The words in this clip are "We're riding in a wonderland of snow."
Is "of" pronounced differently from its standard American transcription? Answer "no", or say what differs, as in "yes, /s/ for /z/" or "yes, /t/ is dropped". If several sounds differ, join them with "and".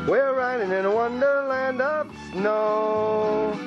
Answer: yes, /p/ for /v/